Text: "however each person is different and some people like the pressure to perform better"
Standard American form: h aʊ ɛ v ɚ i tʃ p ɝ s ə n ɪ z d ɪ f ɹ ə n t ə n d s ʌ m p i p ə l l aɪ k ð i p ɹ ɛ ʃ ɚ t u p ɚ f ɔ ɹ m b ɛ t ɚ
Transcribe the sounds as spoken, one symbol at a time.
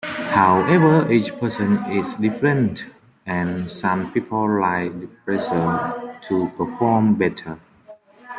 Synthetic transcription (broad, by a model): h aʊ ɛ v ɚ i tʃ p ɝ s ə n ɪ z d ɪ f ɹ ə n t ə n s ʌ m p i p ə l l aɪ k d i p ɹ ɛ s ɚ t u p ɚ f ɔ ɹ m b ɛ t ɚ